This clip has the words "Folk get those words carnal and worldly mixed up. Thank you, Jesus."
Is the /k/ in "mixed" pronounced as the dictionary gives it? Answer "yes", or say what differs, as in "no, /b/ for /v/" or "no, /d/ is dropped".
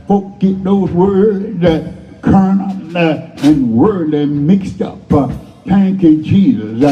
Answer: yes